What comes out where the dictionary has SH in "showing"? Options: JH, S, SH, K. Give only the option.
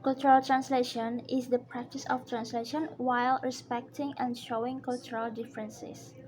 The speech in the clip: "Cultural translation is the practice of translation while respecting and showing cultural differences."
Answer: SH